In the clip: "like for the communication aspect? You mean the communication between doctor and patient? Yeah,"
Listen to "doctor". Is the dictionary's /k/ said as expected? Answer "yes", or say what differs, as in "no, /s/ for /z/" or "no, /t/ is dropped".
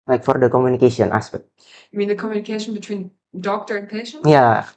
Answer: yes